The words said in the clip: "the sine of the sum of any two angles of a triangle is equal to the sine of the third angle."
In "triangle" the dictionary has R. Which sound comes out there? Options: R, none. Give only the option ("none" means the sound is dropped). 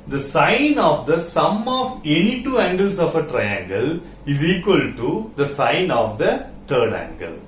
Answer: R